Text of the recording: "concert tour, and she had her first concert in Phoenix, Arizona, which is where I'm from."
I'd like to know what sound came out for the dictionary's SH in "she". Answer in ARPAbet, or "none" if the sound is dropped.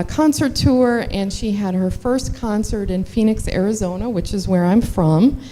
SH